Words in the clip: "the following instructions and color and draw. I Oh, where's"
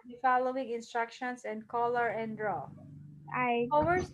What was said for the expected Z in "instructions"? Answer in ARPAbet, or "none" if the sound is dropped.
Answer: S